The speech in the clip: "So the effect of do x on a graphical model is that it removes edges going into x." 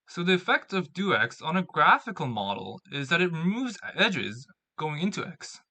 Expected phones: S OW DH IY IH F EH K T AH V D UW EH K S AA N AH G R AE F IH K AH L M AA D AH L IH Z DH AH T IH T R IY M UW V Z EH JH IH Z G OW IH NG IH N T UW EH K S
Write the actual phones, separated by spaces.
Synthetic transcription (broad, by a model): S OW DH IY IH F EH K T AH V D UW EH K S N AH G R AE F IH K L M AA D L IH Z DH AH T IH T R IY M UW V Z EH JH IH Z G OW IH NG IH N T UW EH K S